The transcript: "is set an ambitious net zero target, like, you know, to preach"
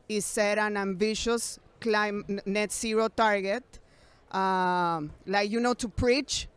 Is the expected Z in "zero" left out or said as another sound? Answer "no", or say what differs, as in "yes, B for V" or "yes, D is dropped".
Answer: yes, S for Z